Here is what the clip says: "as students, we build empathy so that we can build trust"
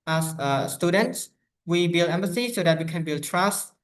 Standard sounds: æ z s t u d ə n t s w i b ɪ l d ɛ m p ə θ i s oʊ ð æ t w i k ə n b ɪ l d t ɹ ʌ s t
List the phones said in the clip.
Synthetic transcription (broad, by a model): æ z s t u d ə n t s w i b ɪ l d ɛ m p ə s i s oʊ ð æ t w i k ə n b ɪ l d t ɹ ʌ s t